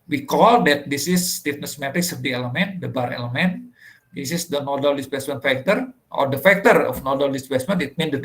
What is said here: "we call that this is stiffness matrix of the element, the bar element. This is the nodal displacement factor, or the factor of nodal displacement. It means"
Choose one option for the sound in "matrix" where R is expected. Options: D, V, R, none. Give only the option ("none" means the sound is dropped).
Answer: none